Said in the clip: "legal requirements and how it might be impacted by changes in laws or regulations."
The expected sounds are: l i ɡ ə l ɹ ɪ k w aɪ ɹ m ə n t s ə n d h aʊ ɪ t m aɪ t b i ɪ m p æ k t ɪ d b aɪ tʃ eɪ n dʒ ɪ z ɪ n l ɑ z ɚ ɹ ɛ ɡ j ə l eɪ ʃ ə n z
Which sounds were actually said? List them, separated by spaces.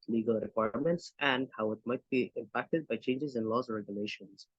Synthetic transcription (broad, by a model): l i ɡ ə l ɹ ɪ k w aɪ ɹ m ə n t s ə n d h aʊ ɪ t m aɪ t b i ɪ m p æ k t ɪ d b aɪ tʃ eɪ n dʒ ɪ z ɪ n l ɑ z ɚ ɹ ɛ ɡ j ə l eɪ ʃ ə n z